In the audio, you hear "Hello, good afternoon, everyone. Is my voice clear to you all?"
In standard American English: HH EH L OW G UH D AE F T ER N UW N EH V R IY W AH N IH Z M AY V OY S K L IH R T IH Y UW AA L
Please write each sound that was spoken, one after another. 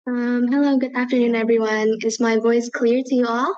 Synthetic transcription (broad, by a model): HH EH L OW G UH D AE F T ER N UW N EH V R IY W AH N IH Z M AY V OY S K L IH R T IH Y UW AA L